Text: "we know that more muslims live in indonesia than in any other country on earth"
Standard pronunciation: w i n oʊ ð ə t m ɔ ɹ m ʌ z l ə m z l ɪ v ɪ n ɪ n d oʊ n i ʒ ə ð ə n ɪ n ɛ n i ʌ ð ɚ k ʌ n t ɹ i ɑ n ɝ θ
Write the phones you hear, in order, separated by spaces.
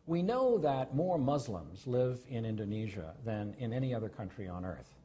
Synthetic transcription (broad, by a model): w i n oʊ ð ə t m ɔ ɹ m ʌ z l ə m z l ɪ v ɪ n ɪ n d oʊ n i ʒ ə ð ə n ɪ n ɛ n i ʌ ð ɚ k ʌ n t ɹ i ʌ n ɝ θ